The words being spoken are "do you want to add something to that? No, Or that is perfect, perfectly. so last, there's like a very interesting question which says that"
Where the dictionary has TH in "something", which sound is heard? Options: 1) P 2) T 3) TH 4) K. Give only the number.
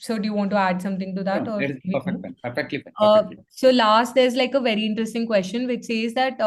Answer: 2